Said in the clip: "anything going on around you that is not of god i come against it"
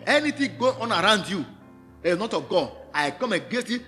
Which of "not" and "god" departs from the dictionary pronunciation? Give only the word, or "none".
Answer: god